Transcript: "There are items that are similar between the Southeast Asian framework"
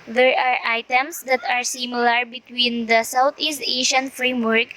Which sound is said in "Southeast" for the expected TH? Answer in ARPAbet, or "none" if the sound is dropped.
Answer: T